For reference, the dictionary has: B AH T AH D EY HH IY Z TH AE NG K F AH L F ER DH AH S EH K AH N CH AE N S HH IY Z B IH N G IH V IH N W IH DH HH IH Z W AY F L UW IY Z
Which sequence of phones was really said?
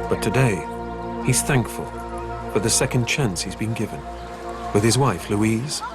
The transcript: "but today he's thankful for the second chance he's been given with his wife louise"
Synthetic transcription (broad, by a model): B AH T AH D EY HH IY Z TH AE NG K F AH L F ER DH AH S EH K AH N CH AE N S HH IY Z B IH N G IH V IH N W IH DH IH Z W AY F L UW IY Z